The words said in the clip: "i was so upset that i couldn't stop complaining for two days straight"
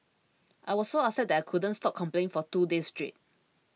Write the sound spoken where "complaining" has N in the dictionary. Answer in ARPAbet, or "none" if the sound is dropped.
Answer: none